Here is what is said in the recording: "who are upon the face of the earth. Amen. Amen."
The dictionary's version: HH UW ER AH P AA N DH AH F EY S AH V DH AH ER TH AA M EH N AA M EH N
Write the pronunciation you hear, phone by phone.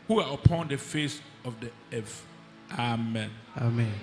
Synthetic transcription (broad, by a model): HH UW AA AH P AA N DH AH F EY S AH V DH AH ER F AA M EH N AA M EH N